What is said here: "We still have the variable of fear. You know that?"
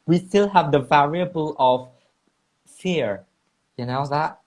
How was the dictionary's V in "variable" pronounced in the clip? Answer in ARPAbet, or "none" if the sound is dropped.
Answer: V